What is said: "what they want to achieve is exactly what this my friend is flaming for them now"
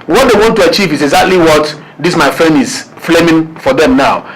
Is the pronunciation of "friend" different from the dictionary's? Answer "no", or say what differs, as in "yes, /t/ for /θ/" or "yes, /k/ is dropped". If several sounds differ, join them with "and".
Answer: yes, /d/ is dropped